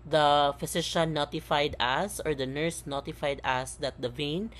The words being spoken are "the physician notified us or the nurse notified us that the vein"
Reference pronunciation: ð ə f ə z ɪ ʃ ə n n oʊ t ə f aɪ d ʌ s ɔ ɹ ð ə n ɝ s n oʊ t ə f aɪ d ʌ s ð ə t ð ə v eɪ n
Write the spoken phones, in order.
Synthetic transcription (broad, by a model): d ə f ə s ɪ ʃ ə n n oʊ t ə f aɪ d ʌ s ɔ ɹ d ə n ɝ s n oʊ t ə f aɪ d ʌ s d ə t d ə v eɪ n